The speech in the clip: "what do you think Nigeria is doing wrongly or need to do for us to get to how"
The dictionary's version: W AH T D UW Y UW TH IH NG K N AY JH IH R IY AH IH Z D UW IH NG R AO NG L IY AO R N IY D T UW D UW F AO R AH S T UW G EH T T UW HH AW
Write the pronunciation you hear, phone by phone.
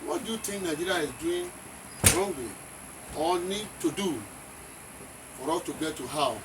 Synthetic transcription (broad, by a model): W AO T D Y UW T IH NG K N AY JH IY R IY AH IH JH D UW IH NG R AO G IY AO L N IY D T UW D UW F AO R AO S T UW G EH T T UW HH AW